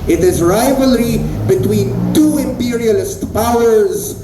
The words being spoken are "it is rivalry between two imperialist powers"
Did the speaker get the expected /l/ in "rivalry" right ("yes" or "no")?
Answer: yes